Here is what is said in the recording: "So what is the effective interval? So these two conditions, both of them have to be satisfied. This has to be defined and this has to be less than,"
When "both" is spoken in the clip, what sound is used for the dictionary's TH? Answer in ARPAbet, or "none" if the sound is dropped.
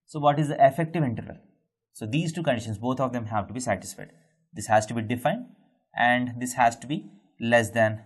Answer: T